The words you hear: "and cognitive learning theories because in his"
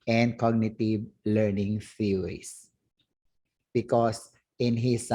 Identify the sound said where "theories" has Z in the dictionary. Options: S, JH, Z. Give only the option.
S